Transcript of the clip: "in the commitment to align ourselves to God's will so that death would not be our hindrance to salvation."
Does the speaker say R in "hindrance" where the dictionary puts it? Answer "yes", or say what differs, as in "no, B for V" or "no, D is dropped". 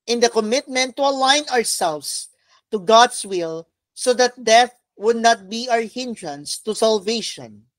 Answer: yes